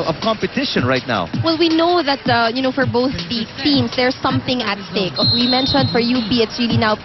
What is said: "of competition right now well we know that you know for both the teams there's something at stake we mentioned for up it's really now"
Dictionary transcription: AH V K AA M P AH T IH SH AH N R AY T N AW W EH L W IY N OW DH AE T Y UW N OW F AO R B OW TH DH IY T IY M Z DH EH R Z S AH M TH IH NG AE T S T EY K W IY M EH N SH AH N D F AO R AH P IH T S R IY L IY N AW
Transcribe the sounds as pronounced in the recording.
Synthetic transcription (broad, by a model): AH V K AA M P AH T IH SH AH N R AY T N AW W EH L W IY N OW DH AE T Y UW N OW F AO R B OW TH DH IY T IY M S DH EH R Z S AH M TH IH NG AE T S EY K W IY M EH N SH AH N D F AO R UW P IH T S R IY L IY N AW